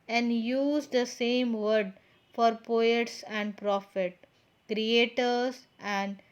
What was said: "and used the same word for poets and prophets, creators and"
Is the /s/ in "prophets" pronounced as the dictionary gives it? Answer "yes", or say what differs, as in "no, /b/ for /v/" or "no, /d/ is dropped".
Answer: no, /s/ is dropped